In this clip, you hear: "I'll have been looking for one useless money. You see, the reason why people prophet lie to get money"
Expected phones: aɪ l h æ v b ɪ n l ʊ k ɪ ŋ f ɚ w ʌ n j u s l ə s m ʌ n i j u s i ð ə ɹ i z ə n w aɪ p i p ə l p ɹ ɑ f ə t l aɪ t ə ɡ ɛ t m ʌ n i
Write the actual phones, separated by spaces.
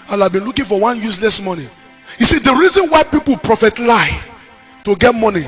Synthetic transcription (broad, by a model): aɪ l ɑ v b ɪ n l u k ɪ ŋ f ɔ w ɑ n j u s l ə s m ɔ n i j u s i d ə ɹ i z ə n w aɪ p i p ə l p ɹ ɑ f ə t l aɪ t ə ɡ ɛ t m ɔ n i